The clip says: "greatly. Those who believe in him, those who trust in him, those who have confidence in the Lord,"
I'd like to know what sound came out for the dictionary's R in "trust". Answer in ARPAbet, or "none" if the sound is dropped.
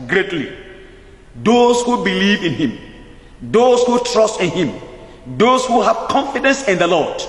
R